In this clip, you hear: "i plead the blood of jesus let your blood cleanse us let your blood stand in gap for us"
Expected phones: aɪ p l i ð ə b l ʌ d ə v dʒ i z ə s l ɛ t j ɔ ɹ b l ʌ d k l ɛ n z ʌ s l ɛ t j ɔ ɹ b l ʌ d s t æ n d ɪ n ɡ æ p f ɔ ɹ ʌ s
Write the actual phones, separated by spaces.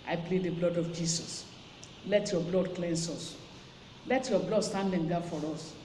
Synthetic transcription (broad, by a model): aɪ p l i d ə b l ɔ d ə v dʒ i s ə s l ɛ t j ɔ b l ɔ d k l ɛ n s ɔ s l ɛ t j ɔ b l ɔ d s t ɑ n d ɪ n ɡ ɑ f ɔ ɹ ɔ s